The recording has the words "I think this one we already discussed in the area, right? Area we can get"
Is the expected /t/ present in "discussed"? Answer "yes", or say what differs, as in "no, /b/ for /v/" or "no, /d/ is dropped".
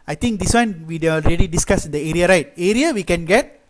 no, /t/ is dropped